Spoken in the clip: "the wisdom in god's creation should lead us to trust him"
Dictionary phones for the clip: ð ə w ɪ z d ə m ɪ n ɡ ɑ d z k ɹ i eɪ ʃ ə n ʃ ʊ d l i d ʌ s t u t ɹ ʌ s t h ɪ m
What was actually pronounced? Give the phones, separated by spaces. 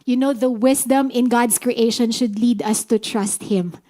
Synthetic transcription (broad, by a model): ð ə w ɪ s d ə m ɪ n ɡ ɑ d s k ɹ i eɪ ʃ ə n ʃ ʊ d l i d ʌ s t u t ɹ ʌ s t h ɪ m